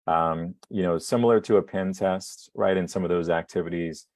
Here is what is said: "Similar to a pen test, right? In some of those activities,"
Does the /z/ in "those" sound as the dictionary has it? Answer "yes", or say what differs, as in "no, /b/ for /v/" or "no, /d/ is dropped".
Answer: yes